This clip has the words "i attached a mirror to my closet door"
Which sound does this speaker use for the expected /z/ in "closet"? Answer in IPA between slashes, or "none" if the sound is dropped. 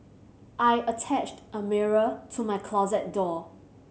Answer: /z/